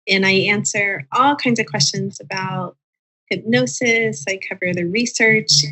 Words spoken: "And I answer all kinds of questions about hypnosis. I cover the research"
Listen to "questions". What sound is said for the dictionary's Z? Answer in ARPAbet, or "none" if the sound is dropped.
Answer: Z